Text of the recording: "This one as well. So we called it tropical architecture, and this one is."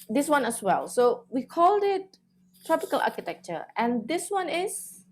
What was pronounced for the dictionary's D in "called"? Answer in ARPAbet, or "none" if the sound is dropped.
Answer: D